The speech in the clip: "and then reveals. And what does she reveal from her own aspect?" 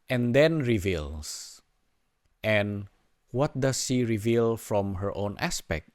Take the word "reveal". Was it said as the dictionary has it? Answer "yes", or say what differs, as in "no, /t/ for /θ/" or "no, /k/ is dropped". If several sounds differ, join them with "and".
yes